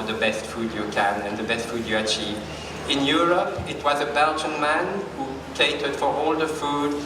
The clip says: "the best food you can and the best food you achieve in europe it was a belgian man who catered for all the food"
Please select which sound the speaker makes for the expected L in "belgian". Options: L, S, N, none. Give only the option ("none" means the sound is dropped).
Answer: L